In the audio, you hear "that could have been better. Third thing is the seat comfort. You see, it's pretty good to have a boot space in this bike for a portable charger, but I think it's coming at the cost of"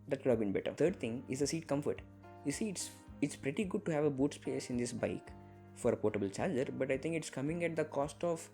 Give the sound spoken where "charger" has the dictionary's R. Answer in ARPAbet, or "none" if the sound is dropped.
L